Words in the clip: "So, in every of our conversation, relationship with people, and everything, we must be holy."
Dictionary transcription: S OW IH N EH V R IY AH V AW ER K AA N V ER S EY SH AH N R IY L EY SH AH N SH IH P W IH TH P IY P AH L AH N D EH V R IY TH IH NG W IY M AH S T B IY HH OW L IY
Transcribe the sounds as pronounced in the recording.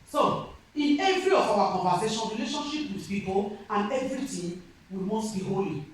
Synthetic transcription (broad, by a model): S OW IH N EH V R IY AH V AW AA K AA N V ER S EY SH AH N R IY L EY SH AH N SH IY P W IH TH P IY P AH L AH N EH V R IY T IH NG W IY M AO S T B IY HH OW L IY